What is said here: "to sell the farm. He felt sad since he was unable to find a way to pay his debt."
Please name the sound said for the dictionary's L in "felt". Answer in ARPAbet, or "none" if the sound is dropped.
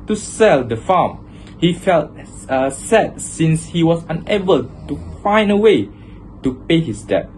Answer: L